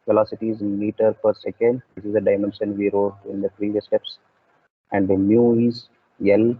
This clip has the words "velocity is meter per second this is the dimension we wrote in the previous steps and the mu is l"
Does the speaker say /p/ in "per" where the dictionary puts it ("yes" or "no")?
yes